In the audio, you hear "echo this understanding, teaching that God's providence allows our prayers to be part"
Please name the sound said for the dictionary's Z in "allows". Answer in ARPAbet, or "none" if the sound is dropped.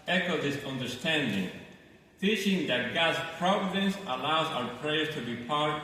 Z